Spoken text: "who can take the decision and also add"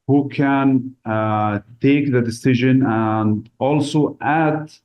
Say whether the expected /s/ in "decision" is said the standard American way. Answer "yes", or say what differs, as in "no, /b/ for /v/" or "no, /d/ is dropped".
yes